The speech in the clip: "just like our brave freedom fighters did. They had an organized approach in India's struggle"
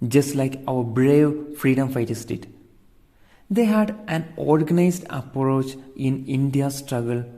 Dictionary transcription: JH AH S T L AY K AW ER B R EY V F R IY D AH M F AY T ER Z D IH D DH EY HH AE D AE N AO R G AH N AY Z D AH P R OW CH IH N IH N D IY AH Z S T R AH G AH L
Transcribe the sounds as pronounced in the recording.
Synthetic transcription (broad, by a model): JH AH S T L AY K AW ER B R EY V F R IY D AH M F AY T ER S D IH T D EY HH AE D AE N AO R G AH N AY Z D AH P R OW CH IH N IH N D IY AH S T R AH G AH L